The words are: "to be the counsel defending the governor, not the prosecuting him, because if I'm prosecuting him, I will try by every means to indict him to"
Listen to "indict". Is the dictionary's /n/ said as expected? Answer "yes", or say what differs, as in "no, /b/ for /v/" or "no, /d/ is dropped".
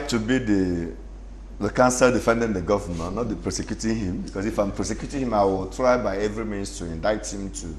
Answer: yes